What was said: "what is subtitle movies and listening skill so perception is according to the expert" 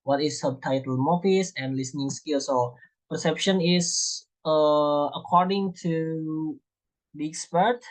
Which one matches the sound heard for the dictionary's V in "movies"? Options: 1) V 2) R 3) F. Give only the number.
3